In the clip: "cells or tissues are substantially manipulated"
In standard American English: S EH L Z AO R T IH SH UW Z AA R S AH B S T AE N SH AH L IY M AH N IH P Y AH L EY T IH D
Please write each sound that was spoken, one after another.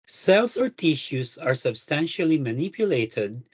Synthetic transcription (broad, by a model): S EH L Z AO R T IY SH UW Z AA R S AH B S T AE N SH AH L IY M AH N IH P Y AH L EY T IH D